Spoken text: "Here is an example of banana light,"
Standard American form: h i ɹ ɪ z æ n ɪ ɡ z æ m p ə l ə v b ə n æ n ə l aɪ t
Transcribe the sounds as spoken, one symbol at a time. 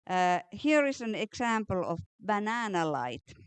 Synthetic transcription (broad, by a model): h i ɹ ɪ s æ n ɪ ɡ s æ m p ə l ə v b ə n æ n ə l aɪ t